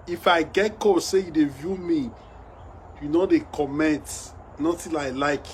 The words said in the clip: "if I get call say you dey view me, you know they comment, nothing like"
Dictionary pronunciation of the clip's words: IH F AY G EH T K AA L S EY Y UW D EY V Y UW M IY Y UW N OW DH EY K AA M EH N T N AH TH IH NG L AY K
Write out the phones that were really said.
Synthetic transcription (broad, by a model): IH F AY G EH T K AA S EY Y UW D EY V Y UW M IY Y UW N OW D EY K AA M EH N T N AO T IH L L AY K